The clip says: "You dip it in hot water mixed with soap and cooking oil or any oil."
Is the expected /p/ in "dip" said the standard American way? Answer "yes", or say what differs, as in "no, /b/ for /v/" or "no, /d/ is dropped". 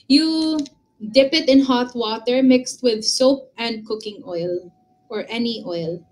yes